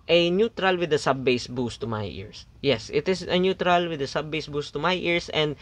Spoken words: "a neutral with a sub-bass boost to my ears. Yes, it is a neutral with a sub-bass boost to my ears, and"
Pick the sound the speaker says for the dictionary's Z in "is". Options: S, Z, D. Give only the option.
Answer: S